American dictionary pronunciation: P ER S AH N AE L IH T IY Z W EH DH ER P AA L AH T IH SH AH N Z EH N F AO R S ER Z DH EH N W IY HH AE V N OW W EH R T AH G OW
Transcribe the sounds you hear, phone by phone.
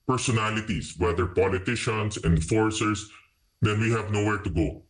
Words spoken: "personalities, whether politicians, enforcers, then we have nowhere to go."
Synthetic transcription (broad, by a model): P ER S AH N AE L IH T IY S W EH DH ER P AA L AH T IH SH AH N S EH N F AO R S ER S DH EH N W IY HH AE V N OW W EH R T AH G OW